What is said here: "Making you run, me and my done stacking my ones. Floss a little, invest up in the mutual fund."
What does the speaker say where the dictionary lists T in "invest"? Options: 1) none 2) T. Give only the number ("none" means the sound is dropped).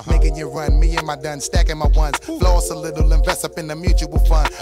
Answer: 1